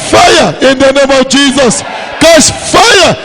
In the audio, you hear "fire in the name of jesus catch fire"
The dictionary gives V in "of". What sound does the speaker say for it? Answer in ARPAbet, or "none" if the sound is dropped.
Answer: W